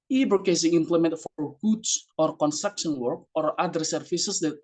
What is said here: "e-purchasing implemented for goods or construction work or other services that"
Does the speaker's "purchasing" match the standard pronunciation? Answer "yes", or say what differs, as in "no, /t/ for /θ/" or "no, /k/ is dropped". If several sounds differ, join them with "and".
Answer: no, /b/ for /p/